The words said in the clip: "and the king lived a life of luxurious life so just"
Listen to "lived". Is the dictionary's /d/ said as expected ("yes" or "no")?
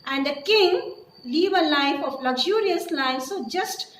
no